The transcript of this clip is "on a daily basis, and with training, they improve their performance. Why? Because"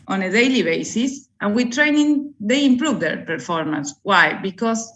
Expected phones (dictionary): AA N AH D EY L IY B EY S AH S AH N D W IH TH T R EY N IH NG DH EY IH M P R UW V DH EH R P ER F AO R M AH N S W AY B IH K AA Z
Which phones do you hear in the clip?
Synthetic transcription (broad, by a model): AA N AH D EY L IY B EY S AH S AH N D W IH T R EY N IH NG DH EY IH M P R UW V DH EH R P ER F AO R M AH N S W AY B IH K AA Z